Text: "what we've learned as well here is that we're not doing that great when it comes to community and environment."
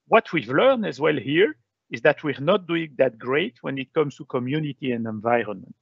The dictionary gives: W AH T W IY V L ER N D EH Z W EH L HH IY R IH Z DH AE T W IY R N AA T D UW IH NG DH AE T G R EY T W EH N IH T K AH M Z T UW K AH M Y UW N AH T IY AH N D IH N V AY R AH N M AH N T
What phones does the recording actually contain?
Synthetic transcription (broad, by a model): W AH T W IY V L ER N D EH Z W EH L HH IY R IH Z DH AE T W IY R N AA T D UW IH NG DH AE T G R EY T W EH N IH T K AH M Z T UW K AH M Y UW N AH T IY AH N D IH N V AY R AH N M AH N T